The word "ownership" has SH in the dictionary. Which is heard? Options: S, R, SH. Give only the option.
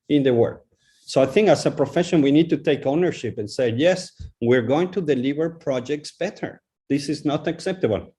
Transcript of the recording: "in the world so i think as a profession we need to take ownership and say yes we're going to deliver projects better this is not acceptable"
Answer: SH